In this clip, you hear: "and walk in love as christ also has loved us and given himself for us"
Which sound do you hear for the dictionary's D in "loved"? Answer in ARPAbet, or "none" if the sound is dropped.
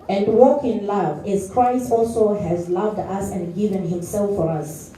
D